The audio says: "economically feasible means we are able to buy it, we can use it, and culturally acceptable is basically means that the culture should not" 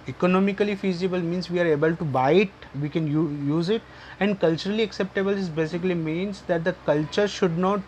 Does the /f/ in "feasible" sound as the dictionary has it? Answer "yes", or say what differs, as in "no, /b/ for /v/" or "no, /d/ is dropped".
yes